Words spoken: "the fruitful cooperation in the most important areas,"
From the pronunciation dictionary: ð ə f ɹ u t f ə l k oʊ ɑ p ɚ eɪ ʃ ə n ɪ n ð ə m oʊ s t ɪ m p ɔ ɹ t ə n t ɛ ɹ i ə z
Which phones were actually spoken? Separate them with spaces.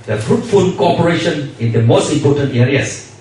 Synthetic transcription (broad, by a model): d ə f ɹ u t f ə n k oʊ ɑ p ɚ eɪ ʃ ə n ɪ n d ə m oʊ s t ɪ m p ɔ t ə n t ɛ ɹ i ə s